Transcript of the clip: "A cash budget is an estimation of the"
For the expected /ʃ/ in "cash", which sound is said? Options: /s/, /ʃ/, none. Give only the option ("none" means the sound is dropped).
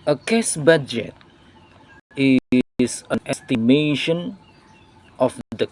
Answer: /s/